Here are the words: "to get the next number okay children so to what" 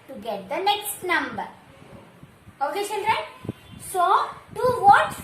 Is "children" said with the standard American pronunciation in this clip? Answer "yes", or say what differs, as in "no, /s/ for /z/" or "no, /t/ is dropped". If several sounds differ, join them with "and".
no, /ʃ/ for /tʃ/